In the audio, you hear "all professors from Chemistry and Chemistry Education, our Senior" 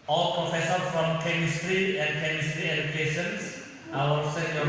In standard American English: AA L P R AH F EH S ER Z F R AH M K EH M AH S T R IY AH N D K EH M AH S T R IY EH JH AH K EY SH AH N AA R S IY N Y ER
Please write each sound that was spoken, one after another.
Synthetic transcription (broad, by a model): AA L P R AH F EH S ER F R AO M K EH M AH S T R IY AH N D K EH M AH S T R IY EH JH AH K EY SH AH N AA L S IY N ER